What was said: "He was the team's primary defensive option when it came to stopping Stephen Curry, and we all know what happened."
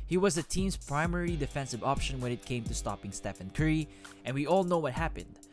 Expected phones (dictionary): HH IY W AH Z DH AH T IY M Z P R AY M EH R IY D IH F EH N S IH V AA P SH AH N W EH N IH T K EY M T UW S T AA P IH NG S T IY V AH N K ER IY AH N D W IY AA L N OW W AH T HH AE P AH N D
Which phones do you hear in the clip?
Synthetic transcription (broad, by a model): HH IY W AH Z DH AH T IY M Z P R AY M EH R IY D IH F EH N S IH V AA P SH AH N W EH N IH T K EY M T UW S T AA P IH NG S T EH F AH N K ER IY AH N W IY AA L N OW W AH T HH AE P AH N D